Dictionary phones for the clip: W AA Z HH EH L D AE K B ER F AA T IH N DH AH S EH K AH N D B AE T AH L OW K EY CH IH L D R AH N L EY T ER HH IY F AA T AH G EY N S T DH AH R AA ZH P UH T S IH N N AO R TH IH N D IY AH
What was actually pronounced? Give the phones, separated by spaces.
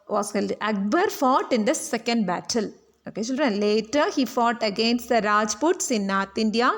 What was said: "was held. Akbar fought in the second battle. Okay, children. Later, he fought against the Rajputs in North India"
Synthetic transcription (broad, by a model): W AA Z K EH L AE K B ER F AA T IH N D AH S EH K AH N D B AE T AH L OW K EY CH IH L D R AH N L EY T ER HH IY F AA T AH G EY N S T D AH R AA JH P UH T S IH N N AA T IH N D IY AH